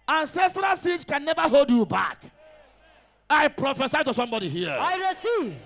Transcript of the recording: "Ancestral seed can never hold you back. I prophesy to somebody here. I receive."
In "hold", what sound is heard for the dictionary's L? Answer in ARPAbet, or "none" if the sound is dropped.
L